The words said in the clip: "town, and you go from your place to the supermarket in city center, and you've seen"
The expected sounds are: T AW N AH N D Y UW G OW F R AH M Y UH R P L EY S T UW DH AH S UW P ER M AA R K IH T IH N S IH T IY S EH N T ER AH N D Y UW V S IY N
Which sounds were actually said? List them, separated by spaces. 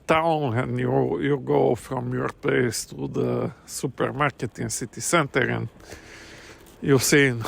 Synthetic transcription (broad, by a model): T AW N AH N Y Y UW G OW F R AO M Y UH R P EY S T UW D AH S UW P ER M AA R K IH T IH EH S IH T IY S EH N T ER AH N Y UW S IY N